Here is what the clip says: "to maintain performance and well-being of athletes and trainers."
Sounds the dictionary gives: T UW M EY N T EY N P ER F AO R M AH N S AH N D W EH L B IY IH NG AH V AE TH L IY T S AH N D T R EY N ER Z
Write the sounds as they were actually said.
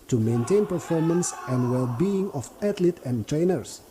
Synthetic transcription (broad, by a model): T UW M EY N T EY N P ER F AO R M AH N S AH N D W EH L B IY IH NG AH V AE T L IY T AH N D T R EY N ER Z